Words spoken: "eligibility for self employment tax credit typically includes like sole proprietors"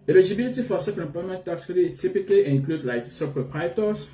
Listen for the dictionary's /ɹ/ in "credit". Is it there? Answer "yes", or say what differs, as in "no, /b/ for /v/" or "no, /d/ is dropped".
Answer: no, /ɹ/ is dropped